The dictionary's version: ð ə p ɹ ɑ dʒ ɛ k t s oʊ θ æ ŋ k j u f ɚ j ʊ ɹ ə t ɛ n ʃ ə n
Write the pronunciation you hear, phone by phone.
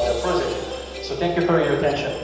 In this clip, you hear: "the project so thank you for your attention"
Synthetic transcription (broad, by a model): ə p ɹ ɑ z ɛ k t s oʊ θ æ ŋ k j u f ɚ j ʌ ɹ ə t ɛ n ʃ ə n